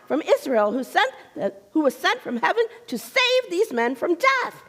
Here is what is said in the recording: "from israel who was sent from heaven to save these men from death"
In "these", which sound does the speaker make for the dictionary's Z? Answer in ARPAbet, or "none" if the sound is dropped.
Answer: Z